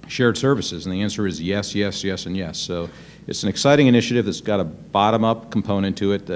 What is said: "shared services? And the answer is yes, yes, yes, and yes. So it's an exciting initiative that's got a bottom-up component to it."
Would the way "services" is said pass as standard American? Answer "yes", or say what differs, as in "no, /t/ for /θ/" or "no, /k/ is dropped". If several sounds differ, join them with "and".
yes